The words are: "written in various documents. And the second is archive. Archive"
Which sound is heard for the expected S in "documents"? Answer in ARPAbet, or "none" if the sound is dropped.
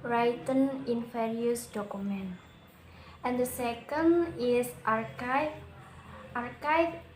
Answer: none